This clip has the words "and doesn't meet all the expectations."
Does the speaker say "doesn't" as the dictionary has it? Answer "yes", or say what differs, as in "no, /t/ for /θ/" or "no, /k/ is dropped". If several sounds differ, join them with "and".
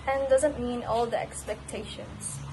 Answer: yes